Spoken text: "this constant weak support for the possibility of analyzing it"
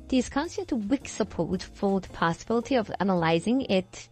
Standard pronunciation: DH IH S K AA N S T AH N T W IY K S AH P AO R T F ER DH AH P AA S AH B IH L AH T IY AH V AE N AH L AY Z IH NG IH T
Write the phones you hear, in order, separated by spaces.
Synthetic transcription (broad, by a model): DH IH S K AA N S T AH N T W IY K S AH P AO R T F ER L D P AA S AH B IH L AH T IY AH V AE N AH L AY Z IH NG IH T